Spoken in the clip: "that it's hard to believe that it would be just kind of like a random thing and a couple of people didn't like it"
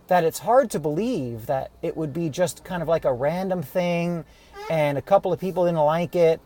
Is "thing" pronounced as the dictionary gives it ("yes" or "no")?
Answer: yes